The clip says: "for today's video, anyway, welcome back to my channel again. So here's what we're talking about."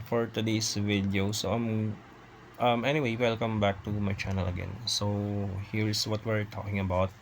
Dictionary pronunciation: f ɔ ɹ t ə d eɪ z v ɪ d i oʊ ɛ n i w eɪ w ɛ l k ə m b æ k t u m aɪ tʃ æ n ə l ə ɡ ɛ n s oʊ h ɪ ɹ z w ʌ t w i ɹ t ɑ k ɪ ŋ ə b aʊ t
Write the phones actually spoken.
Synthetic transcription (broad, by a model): f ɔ ɹ t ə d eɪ s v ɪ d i oʊ ɛ n i w eɪ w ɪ l k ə m b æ k t u m aɪ tʃ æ n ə l ə ɡ ɛ n s oʊ h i ɹ s w ʌ t w i ɹ t ɑ k ɪ ŋ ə b aʊ t